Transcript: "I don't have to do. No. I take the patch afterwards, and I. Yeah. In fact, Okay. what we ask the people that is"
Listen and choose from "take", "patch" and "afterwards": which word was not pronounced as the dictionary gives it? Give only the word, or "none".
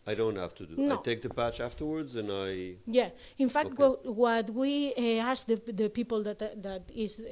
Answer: none